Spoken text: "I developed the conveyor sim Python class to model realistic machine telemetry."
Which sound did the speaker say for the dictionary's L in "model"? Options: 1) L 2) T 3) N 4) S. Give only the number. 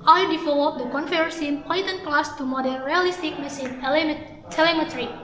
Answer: 3